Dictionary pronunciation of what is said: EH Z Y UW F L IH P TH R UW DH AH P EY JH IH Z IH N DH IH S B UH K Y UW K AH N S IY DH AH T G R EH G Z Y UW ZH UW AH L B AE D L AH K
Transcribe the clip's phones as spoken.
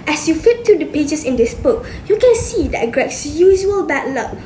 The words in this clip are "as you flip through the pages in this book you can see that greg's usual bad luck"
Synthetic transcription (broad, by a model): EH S Y UW F IH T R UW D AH P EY JH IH S IH N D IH S B UH K Y UW K AH N S IY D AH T G R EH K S Y UW ZH UW AH L B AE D L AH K